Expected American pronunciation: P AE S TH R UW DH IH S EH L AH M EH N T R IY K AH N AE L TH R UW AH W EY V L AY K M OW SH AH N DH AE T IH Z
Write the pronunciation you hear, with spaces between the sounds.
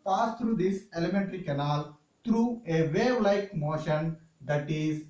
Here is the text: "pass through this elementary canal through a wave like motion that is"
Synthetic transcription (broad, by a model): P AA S T R UW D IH S EH L AH M EH N T R IY K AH N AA L T R UW AH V EY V L AY K M OW SH AH N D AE T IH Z